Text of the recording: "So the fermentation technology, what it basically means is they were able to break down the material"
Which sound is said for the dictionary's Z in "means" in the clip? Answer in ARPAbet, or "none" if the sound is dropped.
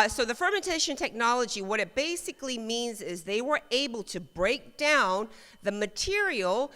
Z